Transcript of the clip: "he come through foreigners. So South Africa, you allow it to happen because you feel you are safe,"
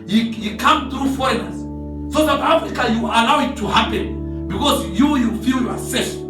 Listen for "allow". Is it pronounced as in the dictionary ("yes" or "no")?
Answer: yes